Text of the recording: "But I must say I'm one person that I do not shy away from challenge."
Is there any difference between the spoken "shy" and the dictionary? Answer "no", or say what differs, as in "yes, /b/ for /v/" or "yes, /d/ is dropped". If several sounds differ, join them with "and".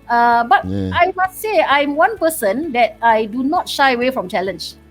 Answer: no